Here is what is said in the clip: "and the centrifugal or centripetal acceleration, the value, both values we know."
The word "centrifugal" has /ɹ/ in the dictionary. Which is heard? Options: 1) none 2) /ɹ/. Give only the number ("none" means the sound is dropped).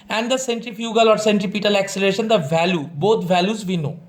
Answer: 2